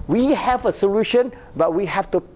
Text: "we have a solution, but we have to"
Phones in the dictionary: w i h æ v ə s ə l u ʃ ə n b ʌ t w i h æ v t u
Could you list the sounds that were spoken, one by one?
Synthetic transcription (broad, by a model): w i h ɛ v ə s ə l u ʃ ə n b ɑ t w i h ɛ f t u